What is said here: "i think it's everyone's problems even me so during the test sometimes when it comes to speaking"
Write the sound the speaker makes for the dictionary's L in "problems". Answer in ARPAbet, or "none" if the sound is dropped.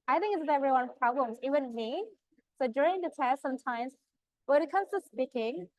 L